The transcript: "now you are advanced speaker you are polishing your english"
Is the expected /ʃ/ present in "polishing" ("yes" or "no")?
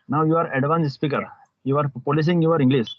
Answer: no